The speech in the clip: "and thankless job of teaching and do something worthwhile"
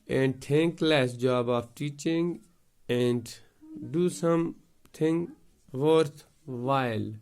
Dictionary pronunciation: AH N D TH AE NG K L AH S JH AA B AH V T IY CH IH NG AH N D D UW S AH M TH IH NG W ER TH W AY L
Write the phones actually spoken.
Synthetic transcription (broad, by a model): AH N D T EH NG K L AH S JH AA B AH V T IY CH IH NG AH N D D UW S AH M T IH NG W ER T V AY L